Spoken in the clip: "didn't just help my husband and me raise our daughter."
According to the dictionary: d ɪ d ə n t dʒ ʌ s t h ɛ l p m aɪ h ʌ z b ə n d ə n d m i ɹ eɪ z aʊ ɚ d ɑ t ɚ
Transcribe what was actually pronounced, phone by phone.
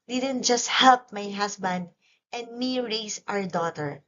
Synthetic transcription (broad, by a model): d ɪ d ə n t dʒ ʌ s t h ɛ l p m aɪ h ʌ s b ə n d ə n d m i ɹ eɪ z aʊ ɚ d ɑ t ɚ